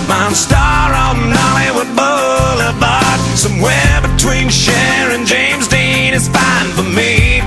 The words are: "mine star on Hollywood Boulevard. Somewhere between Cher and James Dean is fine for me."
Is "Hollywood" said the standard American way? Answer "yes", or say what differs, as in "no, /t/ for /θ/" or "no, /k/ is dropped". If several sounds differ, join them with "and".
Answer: no, /l/ is dropped